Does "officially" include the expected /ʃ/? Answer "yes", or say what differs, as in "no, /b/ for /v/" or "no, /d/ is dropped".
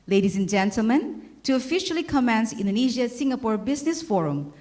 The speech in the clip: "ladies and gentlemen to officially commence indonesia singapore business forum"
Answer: yes